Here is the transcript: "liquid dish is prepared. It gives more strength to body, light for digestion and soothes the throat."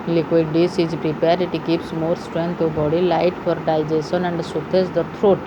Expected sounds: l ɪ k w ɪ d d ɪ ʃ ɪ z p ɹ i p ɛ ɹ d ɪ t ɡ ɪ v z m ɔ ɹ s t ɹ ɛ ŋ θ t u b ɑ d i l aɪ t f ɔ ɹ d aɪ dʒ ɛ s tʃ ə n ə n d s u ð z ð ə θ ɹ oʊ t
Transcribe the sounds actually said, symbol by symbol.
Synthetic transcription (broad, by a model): l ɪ k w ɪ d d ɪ s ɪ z p ɹ i p ɛ ɹ d ɪ t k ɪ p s m ɔ ɹ s t ɹ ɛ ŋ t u b ɑ d i l aɪ t f ɔ ɹ d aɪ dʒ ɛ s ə n ə n d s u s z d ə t ɹ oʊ t